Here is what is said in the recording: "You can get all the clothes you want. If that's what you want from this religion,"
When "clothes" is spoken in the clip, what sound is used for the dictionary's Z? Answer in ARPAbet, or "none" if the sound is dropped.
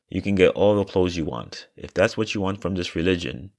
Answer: Z